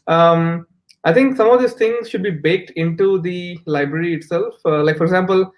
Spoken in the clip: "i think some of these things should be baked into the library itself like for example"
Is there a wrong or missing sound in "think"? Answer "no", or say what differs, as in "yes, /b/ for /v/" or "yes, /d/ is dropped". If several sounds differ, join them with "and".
yes, /t/ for /θ/